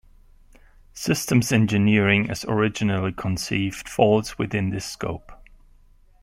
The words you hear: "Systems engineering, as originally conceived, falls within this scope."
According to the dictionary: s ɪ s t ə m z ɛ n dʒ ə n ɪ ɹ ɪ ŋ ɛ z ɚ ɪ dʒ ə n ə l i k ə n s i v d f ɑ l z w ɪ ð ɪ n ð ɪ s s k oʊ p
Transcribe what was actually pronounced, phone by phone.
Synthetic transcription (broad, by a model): s ɪ s t ə m z ɛ n dʒ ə n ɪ ɹ ɪ ŋ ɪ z ɚ ɪ dʒ ə n ə l i k ə n s i v d f ɑ l z w ɪ ð ɪ n ð ɪ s s k oʊ p